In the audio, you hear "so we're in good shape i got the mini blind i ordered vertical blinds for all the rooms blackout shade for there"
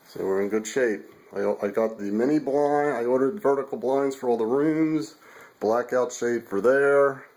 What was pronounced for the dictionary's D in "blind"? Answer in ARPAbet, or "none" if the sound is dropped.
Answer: none